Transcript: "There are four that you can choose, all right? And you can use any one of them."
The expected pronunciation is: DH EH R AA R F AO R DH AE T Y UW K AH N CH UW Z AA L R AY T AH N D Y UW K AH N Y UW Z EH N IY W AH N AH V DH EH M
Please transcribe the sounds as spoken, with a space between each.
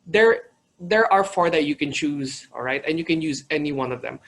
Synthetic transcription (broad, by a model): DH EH R AA R F AO R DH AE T Y UW K AH N CH UW Z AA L R AY T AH N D Y UW K AH N Y UW Z EH N IY W AH N AH V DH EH M